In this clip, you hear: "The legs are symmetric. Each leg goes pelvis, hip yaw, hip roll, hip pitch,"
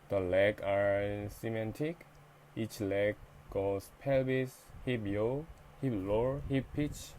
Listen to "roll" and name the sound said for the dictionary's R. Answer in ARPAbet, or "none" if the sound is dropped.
L